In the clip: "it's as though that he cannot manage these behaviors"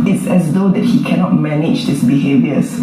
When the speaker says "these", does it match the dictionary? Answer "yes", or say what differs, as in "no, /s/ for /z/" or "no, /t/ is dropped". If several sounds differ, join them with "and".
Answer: no, /s/ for /z/